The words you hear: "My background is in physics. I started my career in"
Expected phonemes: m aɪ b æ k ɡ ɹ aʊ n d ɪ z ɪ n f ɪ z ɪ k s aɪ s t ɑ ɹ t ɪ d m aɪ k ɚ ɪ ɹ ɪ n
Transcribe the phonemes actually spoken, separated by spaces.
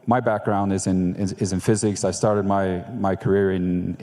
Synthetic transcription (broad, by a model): m aɪ b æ k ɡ ɹ aʊ n d ɪ z ɪ n f ɪ z ɪ k s aɪ s t ɑ ɹ t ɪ d m aɪ k ɚ ɪ ɹ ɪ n